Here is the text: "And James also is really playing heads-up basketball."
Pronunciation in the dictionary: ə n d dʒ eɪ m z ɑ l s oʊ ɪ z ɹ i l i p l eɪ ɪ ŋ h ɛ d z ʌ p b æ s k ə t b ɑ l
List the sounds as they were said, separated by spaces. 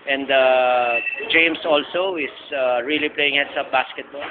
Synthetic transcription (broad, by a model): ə n d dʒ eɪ m s ɑ l s oʊ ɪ s ɹ i l i p l eɪ ɪ ŋ h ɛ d s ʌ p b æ s k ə t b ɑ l